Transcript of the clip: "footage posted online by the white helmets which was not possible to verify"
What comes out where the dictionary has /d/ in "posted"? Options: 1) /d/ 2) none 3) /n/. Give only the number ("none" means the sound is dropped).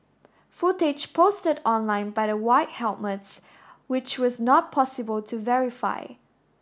1